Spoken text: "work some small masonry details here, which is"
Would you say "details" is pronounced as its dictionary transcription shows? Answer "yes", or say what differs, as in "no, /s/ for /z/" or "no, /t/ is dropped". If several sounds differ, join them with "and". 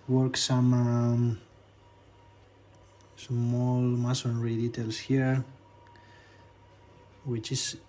no, /s/ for /z/